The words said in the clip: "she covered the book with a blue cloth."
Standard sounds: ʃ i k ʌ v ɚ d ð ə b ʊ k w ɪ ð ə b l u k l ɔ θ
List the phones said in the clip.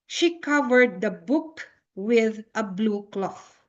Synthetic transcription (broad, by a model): ʃ i k ʌ v ɚ d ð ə b ʊ k w ɪ ð ə b l u k l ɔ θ